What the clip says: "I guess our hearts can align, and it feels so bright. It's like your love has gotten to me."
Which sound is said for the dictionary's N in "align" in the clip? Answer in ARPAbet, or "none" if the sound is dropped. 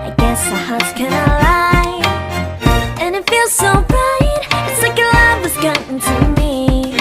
none